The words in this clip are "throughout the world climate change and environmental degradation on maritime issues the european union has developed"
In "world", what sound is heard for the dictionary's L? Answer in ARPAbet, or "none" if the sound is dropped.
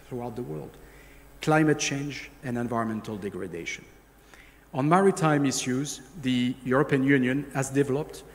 L